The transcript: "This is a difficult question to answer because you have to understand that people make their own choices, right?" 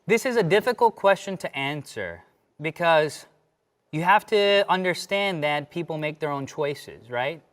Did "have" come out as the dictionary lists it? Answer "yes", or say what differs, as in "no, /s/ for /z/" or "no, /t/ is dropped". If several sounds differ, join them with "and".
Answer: no, /f/ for /v/